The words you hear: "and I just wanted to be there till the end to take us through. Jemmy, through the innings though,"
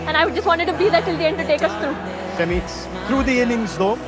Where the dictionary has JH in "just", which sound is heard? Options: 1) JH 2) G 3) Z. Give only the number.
1